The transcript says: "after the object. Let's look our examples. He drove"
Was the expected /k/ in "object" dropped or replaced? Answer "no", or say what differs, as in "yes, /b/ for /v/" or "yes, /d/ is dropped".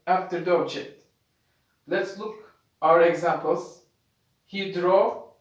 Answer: yes, /k/ is dropped